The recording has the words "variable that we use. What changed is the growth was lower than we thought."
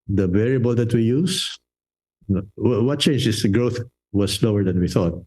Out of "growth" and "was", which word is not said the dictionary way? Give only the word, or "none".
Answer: was